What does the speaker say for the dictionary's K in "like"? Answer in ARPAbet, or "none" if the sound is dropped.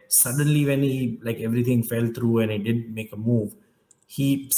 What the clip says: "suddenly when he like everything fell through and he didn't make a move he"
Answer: K